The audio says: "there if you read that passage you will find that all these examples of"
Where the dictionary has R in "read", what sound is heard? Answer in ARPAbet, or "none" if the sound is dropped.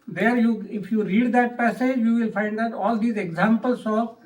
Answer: R